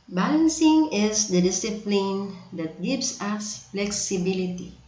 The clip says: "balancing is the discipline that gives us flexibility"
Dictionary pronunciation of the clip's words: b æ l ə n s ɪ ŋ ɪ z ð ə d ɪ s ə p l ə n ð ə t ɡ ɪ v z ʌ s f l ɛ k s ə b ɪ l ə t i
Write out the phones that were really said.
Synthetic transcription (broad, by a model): b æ l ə n s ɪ ŋ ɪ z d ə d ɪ s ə p l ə n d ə t ɡ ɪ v s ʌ s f l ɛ k s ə b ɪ l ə t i